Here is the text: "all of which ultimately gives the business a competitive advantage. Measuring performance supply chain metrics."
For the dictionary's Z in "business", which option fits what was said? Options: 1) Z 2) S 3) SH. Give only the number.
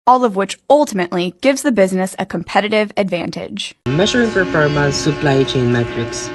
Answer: 1